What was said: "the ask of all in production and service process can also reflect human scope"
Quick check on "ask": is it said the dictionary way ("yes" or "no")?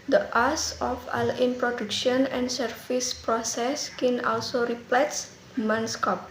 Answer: no